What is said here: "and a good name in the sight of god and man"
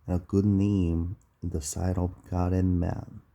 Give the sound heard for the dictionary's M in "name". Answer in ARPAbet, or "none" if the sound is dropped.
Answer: none